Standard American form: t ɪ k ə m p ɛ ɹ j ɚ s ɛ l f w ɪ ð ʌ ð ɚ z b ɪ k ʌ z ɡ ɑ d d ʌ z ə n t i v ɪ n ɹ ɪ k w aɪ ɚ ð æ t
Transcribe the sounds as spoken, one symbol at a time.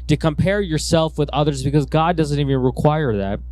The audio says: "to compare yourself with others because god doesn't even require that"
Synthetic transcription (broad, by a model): t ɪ k ə m p ɛ ɹ j ɚ s ɛ l f w ɪ ð ʌ ð ɚ z b ɪ k ʌ z ɡ ɑ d d ʌ z ə n t i v ɪ n ɹ ɪ k w aɪ ɚ ð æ t